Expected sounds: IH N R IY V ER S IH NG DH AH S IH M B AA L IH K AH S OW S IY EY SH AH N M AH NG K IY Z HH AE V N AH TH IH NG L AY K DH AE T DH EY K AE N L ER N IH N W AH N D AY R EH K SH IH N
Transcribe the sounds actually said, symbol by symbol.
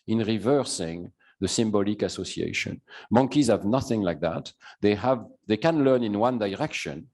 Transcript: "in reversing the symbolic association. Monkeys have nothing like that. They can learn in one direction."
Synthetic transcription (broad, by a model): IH N R IY V ER S IH NG DH AH S IH M B AA L IH K AH S OW S IY EY SH AH N M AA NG K IY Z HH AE V N AH TH IH NG L AY K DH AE T DH EY K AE N L ER N IH N W AH N D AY R EH K SH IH N